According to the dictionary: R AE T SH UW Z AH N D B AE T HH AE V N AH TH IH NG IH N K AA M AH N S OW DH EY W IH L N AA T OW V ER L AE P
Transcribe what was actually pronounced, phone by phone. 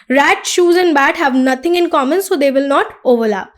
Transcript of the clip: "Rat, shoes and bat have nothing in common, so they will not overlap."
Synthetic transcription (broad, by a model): R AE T SH UW Z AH N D B AE T HH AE V N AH T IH NG IH N K AA M AH N S OW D EY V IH L N AA T OW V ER L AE P